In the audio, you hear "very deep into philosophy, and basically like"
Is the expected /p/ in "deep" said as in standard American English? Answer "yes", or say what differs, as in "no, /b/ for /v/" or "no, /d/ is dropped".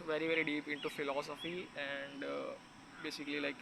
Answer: yes